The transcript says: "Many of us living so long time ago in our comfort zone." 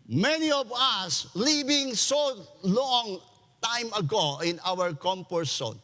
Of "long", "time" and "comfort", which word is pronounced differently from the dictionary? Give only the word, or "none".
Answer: comfort